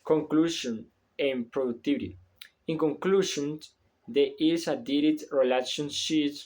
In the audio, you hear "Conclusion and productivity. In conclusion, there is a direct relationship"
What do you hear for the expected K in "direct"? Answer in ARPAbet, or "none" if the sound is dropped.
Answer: none